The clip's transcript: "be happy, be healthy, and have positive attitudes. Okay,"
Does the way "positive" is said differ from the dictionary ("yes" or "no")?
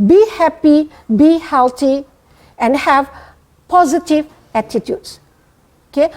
no